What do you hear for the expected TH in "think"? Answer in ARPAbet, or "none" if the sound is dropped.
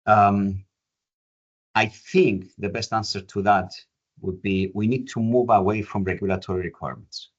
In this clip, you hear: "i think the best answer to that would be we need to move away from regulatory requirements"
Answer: TH